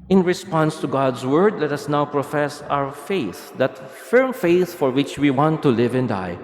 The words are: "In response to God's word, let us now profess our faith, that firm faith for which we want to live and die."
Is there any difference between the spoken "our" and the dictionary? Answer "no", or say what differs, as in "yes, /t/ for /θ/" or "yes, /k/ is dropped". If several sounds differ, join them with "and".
yes, /w/ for /ɹ/